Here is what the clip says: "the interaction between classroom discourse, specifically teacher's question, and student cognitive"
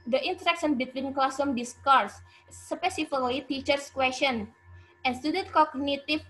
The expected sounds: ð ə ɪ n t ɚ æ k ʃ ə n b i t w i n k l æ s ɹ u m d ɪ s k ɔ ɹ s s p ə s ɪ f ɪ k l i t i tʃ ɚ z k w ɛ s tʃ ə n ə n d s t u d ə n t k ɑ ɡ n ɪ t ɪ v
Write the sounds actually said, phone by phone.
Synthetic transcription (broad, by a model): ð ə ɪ n t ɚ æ k s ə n b i t w i n k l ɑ s u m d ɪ s k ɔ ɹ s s p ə s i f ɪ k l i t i tʃ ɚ s k w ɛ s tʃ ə n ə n s t u d ə n t k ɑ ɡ n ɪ t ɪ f